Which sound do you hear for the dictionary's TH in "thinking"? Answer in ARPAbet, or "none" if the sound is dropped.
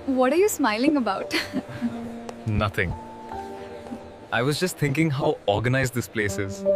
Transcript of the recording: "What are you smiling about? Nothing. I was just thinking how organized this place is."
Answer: T